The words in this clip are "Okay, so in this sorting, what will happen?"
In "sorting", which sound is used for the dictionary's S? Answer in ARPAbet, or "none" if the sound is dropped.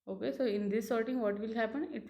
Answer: S